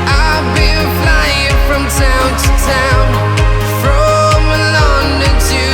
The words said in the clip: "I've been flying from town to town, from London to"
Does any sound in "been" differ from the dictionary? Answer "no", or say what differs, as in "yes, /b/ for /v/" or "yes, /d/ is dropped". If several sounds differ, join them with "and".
yes, /l/ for /n/